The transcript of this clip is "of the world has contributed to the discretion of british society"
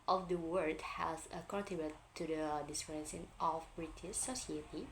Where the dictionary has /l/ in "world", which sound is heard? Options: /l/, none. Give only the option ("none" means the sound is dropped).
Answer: none